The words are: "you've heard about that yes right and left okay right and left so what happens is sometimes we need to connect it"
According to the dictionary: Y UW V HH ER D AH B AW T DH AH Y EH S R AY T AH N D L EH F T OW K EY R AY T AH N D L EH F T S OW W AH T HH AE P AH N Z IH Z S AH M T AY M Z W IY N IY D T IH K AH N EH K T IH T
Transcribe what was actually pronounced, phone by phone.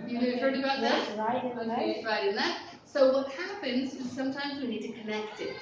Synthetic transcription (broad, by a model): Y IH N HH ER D AH B AW T DH AH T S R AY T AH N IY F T R AY T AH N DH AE T S OW W AH T HH AE P AH N Z IH Z S AH M T AY M Z W IY N IY D T IH K AH N EH K T IH T